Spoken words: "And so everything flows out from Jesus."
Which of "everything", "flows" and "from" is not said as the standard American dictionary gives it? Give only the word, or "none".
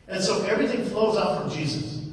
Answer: none